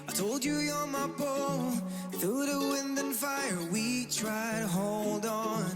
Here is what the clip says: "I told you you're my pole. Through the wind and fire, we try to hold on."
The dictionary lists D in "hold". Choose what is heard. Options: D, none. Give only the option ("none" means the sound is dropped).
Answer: D